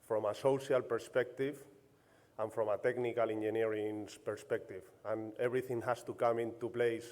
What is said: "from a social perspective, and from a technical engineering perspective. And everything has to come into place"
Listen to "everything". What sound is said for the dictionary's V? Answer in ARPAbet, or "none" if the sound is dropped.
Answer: B